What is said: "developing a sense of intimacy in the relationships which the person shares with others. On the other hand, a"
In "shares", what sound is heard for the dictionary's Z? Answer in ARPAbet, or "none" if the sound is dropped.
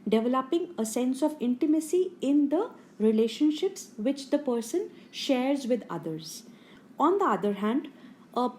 Z